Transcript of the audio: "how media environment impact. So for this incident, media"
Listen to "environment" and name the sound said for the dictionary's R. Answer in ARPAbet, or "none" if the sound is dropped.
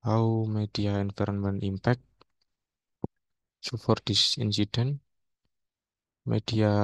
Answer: R